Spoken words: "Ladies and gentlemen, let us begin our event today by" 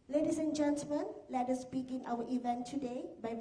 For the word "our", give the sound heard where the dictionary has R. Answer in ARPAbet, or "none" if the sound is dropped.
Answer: W